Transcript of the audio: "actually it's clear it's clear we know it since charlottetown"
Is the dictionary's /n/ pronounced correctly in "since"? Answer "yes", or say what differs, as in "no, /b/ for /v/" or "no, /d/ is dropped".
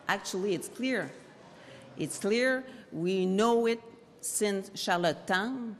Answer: yes